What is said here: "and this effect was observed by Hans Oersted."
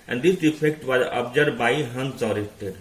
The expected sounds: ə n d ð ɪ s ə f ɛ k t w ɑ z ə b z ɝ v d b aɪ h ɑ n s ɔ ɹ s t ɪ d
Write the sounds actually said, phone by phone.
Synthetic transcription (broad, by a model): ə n d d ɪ s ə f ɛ k t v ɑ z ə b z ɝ d b aɪ h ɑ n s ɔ ɹ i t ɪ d